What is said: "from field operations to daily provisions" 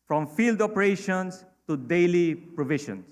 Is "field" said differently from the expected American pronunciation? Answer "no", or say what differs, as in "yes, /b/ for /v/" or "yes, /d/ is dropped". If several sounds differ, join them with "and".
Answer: no